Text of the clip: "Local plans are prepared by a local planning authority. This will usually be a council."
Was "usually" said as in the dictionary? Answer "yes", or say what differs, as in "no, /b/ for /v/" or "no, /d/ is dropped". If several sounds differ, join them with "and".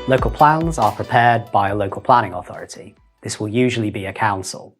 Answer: yes